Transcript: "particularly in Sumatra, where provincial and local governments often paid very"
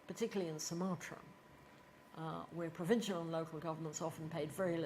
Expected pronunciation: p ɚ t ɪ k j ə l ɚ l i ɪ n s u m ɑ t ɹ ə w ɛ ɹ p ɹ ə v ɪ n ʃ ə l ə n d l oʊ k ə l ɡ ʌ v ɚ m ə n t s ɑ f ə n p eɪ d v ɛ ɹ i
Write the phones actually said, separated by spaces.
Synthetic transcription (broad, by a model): p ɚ t ɪ k j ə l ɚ l i ɪ n s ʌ m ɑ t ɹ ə w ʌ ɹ p ɹ ə v ɪ n ʃ ə l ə n l oʊ k ə l ɡ ʌ v ɚ m ə n t s ɑ f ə n p eɪ d v ɛ ɹ i